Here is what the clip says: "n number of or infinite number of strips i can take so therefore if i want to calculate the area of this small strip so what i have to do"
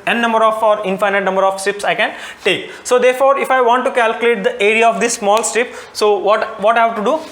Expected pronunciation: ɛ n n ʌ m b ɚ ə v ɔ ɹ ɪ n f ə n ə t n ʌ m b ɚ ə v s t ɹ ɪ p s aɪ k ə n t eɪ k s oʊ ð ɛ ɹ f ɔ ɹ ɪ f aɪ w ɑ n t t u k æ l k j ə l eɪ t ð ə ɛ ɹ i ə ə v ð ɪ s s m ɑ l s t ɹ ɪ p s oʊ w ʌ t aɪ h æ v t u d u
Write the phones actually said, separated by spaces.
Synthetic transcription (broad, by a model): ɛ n n ʌ m b ɚ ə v ɔ ɹ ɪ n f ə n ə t n ʌ m b ɚ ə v s t ɪ p s aɪ k ə n t eɪ k s oʊ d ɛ ɹ f ɔ ɹ ɪ f aɪ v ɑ n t t u k æ l k j ə l eɪ t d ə ɛ ɹ i ə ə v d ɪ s s m ɑ l s t ɪ p s oʊ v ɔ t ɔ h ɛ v t u d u